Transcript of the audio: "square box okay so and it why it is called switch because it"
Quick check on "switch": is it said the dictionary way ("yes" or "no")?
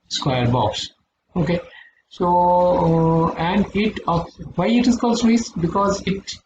no